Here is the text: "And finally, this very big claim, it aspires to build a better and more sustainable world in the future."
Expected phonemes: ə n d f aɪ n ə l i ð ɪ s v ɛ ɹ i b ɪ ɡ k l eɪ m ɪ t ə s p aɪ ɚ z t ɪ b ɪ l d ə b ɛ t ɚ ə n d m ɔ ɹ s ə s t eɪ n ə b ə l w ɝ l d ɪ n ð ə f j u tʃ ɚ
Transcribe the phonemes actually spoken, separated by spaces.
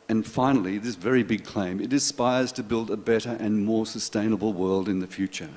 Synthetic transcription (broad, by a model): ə n f aɪ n l i ð ɪ s v ɛ ɹ i b ɪ ɡ k l eɪ m ɪ t ə s p aɪ ɚ z t ɪ b ɪ l d ə b ɛ t ɚ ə n m ɔ ɹ s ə s t eɪ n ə b l w ɝ l d ɪ n ð ə f j u tʃ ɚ